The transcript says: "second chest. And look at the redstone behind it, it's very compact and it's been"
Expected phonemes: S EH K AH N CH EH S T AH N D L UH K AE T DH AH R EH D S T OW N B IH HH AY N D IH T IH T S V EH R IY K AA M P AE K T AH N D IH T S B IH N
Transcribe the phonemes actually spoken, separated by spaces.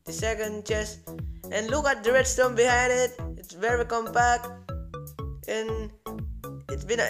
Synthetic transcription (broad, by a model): S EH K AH N CH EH S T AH N L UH K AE T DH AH R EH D S T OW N B IH HH AY N D IH T IH T S V EH R IY K AA M P AE K T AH N IH T S B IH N